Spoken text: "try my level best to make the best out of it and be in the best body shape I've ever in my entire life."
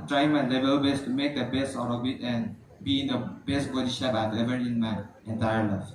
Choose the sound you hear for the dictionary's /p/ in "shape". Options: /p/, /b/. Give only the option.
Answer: /b/